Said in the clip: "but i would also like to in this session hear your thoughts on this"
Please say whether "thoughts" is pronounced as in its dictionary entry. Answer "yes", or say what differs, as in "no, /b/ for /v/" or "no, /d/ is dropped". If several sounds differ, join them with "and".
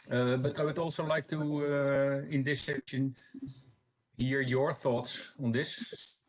yes